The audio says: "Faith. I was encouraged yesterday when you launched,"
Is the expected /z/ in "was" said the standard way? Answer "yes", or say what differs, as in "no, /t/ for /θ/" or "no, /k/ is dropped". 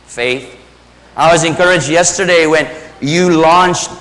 yes